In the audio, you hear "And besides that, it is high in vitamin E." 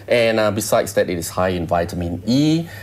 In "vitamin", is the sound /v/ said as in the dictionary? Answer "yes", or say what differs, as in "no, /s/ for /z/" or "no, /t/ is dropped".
yes